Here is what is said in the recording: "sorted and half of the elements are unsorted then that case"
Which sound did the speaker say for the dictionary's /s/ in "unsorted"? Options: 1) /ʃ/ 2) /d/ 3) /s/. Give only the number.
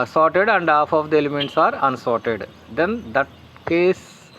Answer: 3